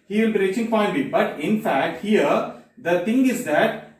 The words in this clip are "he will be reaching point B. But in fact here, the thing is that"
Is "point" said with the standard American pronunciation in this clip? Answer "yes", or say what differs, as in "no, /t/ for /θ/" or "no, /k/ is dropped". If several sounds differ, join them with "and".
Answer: no, /f/ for /p/